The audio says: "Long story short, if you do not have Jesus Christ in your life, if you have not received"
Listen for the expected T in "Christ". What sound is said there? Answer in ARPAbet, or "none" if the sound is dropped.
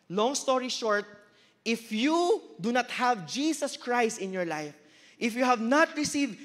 T